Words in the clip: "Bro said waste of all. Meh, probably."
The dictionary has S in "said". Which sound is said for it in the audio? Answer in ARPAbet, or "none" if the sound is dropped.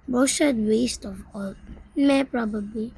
SH